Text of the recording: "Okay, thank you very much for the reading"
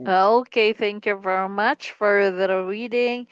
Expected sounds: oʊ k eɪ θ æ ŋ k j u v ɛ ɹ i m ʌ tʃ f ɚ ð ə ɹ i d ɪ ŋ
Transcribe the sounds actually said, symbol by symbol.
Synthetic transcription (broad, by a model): oʊ k eɪ θ æ ŋ k j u v ɛ ɹ i m ʌ tʃ f ɚ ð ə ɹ i d ɪ ŋ